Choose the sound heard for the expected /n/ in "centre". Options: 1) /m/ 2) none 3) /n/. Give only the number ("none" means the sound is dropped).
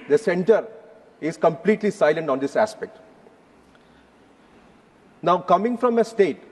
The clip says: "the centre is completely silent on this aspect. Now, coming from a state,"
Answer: 3